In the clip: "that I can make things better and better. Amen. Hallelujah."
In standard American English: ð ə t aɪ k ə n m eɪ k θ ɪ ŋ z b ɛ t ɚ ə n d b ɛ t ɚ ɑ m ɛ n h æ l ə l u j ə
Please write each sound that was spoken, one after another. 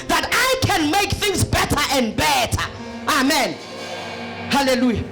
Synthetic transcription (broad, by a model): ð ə t aɪ k ə n m eɪ k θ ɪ ŋ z b ɛ t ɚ ə n d b ɛ t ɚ ɑ m ɛ n h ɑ l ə l u j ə